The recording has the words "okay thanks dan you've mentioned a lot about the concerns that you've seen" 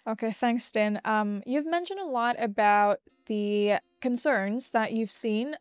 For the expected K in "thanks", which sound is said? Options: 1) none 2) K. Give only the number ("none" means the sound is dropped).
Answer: 2